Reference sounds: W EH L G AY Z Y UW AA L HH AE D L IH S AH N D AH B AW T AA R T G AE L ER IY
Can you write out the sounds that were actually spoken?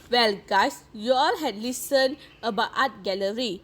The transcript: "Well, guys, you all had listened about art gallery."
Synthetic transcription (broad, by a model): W EH L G AY S Y UW AA L HH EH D L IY S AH N AH B AW T AA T G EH L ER IY